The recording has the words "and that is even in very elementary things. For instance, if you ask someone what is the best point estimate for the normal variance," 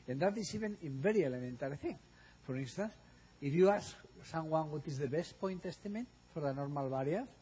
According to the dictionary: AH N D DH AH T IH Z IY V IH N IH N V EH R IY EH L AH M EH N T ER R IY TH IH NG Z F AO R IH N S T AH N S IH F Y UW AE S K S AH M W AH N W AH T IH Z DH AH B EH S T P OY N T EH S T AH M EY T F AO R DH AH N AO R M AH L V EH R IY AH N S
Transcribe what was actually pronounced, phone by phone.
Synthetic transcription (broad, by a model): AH N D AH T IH S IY B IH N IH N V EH R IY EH L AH M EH N T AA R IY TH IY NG F AO R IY N S T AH N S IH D Y UW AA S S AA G W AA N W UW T IH Z DH AH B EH S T P OY N T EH S T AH M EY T F AO R DH AH N AO R M AH L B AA R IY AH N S